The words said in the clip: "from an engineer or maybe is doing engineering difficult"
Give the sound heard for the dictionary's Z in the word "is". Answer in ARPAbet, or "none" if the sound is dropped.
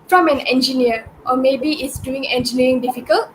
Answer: S